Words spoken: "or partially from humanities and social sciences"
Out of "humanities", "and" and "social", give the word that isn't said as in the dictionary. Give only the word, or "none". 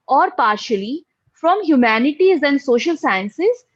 none